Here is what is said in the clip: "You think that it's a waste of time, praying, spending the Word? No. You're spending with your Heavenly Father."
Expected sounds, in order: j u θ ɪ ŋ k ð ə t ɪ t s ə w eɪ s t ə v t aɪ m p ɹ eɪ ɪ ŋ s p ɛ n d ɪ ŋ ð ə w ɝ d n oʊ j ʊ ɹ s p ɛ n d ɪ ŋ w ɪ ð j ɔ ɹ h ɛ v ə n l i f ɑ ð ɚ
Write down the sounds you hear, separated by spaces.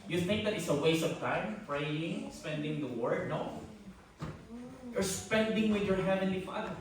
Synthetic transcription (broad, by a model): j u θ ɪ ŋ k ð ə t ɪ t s ə w eɪ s ə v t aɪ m p ɹ eɪ ɪ ŋ s p ɛ n d ɪ ŋ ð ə w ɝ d n oʊ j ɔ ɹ s p ɛ n d ɪ ŋ w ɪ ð j ɔ ɹ h ɛ v ə n l i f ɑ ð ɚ